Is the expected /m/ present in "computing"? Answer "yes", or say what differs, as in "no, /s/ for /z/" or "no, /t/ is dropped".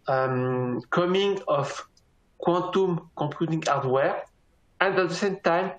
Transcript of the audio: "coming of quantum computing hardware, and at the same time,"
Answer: no, /m/ is dropped